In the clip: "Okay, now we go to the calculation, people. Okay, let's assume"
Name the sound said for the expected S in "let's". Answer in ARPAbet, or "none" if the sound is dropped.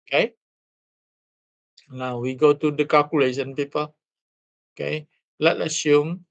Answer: none